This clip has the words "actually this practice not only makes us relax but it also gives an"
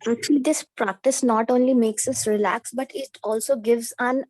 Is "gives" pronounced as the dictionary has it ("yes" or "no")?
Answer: yes